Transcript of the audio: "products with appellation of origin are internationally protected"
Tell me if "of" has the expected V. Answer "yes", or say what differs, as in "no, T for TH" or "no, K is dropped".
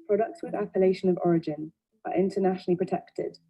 yes